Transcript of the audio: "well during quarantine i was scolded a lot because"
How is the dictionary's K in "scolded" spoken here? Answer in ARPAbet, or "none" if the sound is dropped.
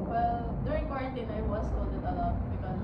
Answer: none